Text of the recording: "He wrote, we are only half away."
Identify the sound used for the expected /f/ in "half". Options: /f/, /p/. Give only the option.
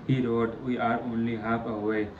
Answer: /p/